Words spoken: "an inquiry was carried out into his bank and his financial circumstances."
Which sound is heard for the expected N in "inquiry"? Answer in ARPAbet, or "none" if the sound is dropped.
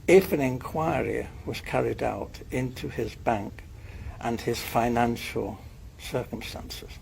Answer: N